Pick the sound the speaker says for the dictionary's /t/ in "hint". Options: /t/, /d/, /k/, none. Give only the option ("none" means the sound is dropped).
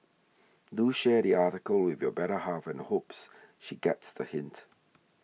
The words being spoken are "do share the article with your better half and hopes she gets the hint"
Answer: /t/